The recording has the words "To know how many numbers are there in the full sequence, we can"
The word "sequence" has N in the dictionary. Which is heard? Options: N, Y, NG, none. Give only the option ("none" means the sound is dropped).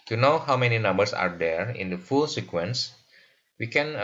N